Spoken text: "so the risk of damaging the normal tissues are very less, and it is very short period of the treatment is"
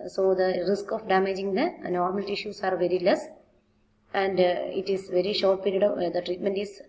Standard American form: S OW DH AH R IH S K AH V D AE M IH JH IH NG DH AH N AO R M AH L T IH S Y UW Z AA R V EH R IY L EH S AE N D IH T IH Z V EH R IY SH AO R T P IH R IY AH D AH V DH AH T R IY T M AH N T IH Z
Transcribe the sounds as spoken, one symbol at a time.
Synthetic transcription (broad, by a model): S OW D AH R IH S K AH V D AE M IH JH IH NG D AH N AO R M AH L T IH SH Y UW S AA R V EH R IY L EH S AE N D IH T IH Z V EH R IY SH AO R T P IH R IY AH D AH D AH T R IY T M AH N T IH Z